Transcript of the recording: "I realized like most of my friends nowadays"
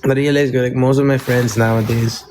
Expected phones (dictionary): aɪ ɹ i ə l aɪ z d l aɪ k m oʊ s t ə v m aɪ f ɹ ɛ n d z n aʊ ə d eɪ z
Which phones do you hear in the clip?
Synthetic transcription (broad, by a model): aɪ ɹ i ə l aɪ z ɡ l aɪ k m oʊ s t ə v m aɪ f ɹ ɛ n d z n aʊ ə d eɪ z